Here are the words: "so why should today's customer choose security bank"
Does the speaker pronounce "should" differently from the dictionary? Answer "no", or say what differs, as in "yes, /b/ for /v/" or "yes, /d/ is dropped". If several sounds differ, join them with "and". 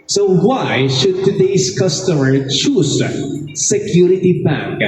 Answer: no